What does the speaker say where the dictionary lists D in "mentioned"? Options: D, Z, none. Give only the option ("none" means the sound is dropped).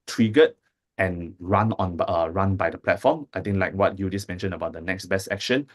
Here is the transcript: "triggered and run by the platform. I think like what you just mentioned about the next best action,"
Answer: none